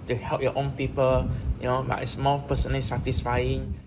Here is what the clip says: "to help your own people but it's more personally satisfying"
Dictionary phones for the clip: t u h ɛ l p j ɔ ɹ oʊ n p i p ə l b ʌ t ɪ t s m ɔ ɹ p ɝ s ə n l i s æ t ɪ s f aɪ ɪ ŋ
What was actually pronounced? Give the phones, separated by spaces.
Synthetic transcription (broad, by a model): t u h ɛ l p j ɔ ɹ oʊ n p i p ə l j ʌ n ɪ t s m ɔ l p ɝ s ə n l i s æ t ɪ s f aɪ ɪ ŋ